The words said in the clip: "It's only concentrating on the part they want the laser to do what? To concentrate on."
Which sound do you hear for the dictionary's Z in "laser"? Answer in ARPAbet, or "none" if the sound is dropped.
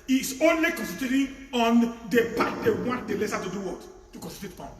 S